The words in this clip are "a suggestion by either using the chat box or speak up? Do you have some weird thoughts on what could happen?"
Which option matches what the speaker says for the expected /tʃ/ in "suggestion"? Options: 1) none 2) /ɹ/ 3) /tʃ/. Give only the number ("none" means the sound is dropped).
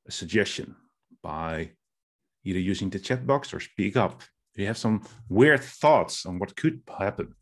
3